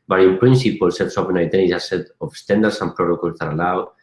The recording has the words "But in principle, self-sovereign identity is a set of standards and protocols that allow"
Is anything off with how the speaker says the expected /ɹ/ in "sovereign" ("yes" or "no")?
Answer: yes